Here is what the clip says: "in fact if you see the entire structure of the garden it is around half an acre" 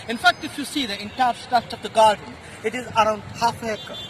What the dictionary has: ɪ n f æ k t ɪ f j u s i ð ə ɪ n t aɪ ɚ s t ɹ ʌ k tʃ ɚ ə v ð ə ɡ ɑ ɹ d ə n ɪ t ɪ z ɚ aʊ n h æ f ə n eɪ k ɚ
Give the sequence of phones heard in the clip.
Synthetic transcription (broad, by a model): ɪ n f æ k t ɪ f j u s i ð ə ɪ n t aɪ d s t ʌ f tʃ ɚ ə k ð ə ɡ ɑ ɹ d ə n ɪ t ɪ z ɚ aʊ n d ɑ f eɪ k